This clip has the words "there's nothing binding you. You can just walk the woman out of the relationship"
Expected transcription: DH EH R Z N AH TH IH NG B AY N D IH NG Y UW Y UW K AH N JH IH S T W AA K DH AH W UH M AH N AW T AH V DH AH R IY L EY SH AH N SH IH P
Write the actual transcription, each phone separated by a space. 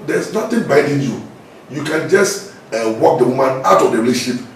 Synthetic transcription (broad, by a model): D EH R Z N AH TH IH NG B AY D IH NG Y UW Y UW K AH N JH IH S T W AA K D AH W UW M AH N AW T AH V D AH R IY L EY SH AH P